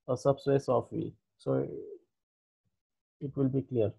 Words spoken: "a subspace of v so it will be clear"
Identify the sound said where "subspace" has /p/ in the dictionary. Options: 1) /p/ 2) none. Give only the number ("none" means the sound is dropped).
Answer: 2